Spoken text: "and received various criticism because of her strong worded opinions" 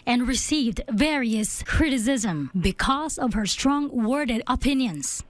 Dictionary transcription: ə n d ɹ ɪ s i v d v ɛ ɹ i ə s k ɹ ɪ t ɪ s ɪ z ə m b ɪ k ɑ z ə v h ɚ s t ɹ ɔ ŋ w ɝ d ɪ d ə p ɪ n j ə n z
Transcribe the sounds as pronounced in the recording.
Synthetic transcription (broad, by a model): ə n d ɹ ɪ s i v d v ɛ ɹ i ə s k ɹ ɪ t ɪ s ɪ z ə m b ɪ k ɑ z ə v h ɚ s t ɹ ɔ ŋ w ɝ d ɪ d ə p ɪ n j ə n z